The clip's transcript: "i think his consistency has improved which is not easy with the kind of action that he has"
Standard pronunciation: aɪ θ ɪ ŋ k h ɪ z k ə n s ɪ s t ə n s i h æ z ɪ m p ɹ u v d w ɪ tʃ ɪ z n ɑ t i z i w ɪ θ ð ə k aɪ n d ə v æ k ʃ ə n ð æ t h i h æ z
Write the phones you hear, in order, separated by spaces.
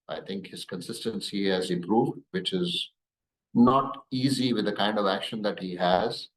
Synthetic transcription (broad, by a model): aɪ t ɪ ŋ k h ɪ z k ə n s ɪ s t ə n s i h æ z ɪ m p ɹ u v d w ɪ tʃ ɪ z n ɑ t i z i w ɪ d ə k aɪ n d ə v æ k ʃ ə n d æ t h i h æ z